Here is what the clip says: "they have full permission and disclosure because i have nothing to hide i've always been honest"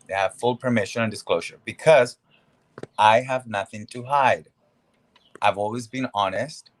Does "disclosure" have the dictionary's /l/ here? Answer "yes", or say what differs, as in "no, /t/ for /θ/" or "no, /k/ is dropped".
yes